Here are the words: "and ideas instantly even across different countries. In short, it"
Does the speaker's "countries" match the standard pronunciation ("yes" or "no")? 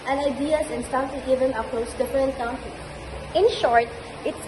no